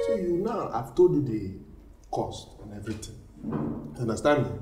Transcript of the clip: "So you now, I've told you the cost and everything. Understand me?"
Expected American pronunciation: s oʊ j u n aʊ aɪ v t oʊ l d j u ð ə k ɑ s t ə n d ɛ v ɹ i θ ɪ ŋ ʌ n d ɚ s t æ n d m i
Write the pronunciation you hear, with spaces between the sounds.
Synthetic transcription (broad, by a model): s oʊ j u n aʊ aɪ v t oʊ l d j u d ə k ɑ s t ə n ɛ v ɹ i t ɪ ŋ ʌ n d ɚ s t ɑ n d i